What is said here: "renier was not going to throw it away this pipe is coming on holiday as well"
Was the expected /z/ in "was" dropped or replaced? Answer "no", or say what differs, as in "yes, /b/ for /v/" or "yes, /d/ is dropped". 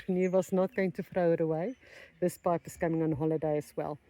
yes, /s/ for /z/